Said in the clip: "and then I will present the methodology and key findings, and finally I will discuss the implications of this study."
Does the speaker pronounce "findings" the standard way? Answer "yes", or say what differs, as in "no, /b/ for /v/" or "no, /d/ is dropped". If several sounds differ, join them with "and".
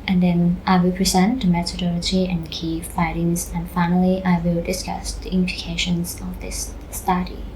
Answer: no, /n/ is dropped